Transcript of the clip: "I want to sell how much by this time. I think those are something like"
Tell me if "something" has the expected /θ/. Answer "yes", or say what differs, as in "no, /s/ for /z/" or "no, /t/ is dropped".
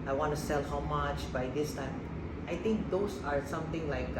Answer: no, /t/ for /θ/